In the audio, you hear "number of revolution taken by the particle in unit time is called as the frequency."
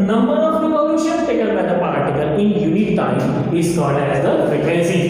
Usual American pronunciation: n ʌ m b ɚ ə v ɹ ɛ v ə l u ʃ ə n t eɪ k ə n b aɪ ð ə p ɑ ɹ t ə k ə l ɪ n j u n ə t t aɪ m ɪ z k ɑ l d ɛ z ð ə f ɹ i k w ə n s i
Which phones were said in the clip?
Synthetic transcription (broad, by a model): n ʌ m b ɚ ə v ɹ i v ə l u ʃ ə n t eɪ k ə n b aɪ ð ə p ɑ ɹ t ə k ə l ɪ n j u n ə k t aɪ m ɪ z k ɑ d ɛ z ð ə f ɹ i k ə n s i